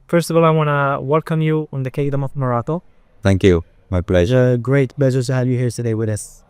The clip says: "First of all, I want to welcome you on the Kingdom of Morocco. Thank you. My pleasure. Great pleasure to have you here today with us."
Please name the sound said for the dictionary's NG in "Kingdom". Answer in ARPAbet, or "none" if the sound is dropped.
none